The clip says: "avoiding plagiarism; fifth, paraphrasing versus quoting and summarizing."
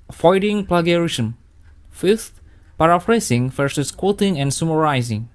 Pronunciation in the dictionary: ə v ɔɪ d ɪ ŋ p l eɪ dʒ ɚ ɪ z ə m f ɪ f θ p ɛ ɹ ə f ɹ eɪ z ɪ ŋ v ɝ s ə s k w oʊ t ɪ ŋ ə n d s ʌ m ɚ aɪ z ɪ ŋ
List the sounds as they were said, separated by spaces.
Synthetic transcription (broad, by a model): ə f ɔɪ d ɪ ŋ p l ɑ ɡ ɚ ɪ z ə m f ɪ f t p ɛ ɹ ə f ɹ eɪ s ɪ ŋ f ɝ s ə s k w oʊ t ɪ ŋ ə n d s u m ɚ aɪ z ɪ ŋ